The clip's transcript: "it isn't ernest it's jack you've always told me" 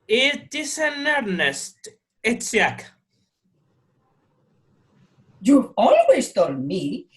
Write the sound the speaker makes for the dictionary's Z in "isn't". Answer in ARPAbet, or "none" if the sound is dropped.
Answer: S